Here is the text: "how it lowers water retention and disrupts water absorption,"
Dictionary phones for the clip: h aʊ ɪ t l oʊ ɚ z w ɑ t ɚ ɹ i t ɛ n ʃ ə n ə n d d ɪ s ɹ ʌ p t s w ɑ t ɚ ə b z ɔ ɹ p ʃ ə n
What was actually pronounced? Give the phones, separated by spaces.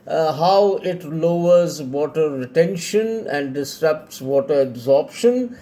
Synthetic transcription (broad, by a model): h aʊ ɪ t l oʊ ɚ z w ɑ t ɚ ɹ i t ɛ n ʃ ə n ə n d d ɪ s ɹ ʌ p t s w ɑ t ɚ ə b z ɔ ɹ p ʃ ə n